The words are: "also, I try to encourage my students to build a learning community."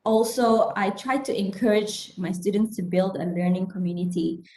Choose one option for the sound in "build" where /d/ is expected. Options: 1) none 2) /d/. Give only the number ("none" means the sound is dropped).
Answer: 2